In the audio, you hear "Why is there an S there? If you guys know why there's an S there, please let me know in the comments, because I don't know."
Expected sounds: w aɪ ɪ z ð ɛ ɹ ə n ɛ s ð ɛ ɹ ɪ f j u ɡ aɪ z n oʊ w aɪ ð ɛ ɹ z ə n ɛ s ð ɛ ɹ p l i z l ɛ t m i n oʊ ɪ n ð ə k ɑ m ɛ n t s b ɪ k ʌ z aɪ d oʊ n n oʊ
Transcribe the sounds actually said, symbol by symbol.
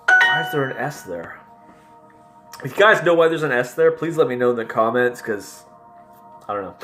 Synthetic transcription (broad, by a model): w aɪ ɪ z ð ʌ ɹ ə n ɛ s ð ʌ ɹ ɪ f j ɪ ɡ aɪ z n oʊ w aɪ ð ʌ ɹ z ə n ɛ s ð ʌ ɹ p l i z l ɛ t m i n oʊ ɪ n ð ə k ɑ m ɛ n t s k ʌ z aɪ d oʊ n n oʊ